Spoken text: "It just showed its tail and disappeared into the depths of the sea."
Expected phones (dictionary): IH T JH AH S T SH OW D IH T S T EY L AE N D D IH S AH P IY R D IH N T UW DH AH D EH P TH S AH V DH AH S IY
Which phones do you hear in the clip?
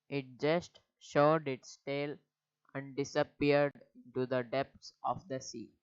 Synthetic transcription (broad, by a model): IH T JH AH S T SH OW D IH T S T EY L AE N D D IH S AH P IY R D IH N T UW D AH D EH P T S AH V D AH S IY